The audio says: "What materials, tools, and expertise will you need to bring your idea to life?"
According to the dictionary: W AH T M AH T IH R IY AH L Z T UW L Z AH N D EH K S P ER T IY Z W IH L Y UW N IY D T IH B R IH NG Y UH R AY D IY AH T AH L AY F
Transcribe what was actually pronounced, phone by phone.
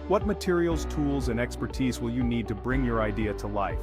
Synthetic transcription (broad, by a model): W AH T M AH T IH R IY L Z T UW L Z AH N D EH K S P ER T IY Z W IH L Y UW N IY D T IH B R IH NG Y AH R AY D IY AH T AH L AY F